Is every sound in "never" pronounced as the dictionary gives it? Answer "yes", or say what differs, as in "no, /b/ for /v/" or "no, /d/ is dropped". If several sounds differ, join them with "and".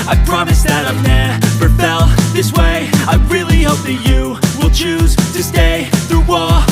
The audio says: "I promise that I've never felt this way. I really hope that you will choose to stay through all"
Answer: no, /p/ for /v/